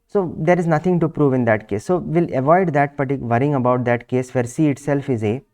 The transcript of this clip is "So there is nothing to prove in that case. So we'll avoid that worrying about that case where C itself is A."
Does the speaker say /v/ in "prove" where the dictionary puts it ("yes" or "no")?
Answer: yes